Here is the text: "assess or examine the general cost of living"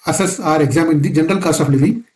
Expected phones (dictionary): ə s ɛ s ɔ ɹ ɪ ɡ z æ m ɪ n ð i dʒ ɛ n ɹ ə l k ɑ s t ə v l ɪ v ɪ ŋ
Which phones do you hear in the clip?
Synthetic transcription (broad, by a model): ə s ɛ s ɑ ɹ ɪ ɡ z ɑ m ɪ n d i dʒ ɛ n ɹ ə l k ɑ s t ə f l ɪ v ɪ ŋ